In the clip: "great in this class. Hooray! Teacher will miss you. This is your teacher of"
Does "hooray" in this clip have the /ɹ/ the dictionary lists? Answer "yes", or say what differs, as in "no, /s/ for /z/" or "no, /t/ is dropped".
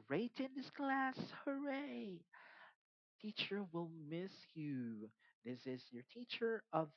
yes